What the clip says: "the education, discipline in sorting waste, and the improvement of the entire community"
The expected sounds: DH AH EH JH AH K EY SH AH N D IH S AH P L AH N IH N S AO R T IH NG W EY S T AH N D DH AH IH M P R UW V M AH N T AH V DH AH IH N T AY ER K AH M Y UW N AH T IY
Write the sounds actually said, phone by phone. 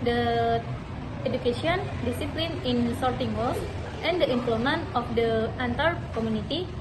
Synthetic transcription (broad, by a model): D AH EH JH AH K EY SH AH N D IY S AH P L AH N IH N S AO R T IH NG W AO T AH N D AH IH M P L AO M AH N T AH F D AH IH N T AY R K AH M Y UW N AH T IY